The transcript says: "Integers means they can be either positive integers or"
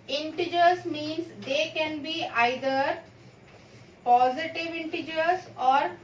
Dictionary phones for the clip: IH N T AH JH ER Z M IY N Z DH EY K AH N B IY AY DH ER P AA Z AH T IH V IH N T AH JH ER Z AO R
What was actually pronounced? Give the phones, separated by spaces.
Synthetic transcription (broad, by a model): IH N T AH JH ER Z M IY N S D EY K AH N B IY AY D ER P AA Z AH T IH V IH N T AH JH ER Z AO R